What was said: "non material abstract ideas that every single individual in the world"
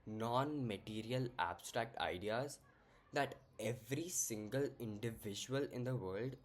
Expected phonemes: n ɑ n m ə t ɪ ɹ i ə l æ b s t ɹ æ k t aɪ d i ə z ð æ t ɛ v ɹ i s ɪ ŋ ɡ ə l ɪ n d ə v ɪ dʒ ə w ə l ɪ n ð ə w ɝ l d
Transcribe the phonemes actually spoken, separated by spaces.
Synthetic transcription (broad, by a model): n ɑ n m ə t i ɹ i ə l æ b s t ɹ æ k t aɪ d i ə z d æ t ɛ v ɹ i s ɪ ŋ ɡ ə l ɪ n d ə v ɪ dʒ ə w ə l ɪ n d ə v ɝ l d